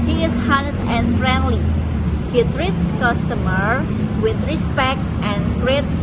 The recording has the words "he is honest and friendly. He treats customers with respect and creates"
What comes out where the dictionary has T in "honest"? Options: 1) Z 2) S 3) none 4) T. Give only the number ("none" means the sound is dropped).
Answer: 3